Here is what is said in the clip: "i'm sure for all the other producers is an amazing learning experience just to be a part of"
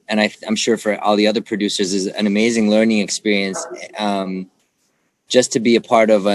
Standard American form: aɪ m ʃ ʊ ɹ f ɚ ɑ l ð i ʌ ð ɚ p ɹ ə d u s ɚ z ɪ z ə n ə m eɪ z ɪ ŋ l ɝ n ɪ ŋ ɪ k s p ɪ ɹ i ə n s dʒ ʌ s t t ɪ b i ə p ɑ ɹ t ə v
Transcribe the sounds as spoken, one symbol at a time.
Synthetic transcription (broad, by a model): aɪ m ʃ ʊ ɹ f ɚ ɑ l ð i ʌ ð ɚ p ɹ ə d u s ɚ z ɪ z ə n ə m eɪ z ɪ ŋ l ɝ n ɪ ŋ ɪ k s p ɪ ɹ i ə n s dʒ ʌ s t t ɪ b i ə p ɑ ɹ t ə v